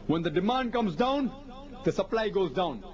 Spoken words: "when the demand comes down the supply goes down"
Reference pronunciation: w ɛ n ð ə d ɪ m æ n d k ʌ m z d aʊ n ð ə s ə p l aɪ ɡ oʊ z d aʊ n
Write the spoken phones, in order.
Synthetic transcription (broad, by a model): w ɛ n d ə d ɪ m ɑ n d k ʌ m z d aʊ n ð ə s ə p l aɪ ɡ oʊ z d aʊ n